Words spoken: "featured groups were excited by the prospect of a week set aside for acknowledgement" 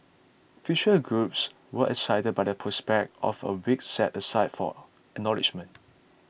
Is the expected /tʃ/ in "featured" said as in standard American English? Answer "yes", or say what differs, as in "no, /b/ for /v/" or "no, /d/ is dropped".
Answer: no, /ʃ/ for /tʃ/